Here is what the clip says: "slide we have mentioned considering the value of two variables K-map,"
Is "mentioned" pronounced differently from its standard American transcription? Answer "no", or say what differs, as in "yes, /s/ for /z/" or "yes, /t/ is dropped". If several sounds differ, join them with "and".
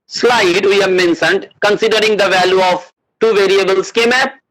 yes, /s/ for /ʃ/